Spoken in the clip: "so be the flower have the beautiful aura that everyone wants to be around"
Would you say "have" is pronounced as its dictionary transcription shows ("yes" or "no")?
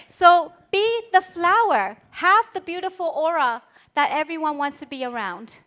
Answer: yes